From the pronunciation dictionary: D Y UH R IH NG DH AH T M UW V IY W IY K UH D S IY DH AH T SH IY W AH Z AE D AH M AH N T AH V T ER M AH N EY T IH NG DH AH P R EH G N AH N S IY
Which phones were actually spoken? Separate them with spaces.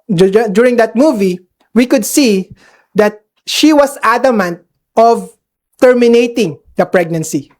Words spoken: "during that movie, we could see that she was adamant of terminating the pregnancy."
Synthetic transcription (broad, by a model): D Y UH R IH NG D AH T M UW V IY W IY K UH D S IY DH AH T SH IY W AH S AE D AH M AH N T AH V T ER M AH N EY T IH NG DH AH P R EH G N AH N S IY